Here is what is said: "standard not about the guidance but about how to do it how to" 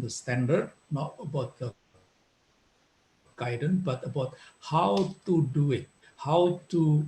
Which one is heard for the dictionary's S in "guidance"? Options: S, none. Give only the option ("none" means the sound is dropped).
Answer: none